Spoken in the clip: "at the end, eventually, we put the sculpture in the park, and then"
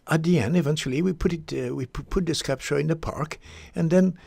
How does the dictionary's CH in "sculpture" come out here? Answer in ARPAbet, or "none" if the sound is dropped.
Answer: SH